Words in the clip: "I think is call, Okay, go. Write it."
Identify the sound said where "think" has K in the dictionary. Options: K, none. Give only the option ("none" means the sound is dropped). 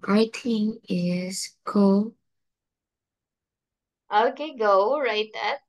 none